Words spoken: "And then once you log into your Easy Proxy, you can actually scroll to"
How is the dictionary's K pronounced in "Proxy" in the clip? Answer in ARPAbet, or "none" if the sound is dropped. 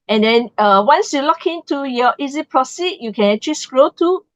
none